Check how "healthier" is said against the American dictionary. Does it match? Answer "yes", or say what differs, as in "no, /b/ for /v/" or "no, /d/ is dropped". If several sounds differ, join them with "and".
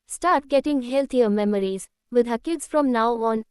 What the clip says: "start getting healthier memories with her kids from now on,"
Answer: no, /t/ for /θ/